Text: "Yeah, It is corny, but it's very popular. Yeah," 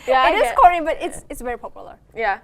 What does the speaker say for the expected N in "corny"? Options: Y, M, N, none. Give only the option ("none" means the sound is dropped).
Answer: none